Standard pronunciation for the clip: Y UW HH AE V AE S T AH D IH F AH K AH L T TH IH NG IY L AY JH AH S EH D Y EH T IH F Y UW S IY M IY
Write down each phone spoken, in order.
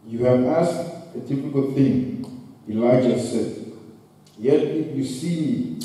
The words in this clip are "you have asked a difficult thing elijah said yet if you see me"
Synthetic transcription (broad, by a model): Y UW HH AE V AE S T AH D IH P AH K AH L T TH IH NG IY L AY JH AH S EH D Y EH T IH F Y UW S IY IY